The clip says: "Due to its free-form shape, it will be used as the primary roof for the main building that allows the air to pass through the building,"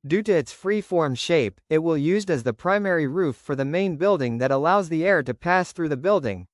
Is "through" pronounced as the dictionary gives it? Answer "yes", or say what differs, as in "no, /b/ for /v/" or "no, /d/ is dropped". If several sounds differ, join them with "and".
yes